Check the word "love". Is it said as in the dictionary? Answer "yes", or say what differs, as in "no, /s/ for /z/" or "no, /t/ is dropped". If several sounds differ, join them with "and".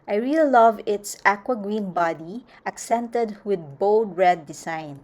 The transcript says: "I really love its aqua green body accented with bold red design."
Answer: yes